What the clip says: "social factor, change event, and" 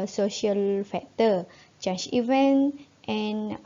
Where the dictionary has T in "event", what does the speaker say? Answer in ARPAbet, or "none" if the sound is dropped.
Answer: T